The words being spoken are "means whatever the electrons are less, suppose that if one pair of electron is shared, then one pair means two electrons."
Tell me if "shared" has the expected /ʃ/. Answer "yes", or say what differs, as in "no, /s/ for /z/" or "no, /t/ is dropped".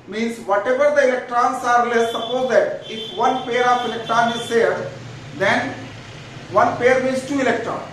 no, /s/ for /ʃ/